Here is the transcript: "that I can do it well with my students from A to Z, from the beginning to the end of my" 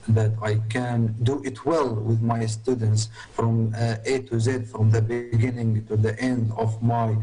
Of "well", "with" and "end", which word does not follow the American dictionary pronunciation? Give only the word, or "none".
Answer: none